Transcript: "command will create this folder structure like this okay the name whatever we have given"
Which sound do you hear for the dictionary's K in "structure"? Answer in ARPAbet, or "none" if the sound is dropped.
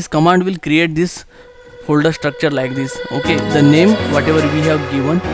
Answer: K